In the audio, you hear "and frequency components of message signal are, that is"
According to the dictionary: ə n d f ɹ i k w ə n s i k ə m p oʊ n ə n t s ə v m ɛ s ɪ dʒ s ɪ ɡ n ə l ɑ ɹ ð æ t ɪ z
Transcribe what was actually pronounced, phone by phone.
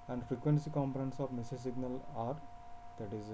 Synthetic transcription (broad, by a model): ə n d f ɹ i k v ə n s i k ə m p oʊ n ə n t s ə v m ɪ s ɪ s ɪ ɡ n ə l ɑ ɹ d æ t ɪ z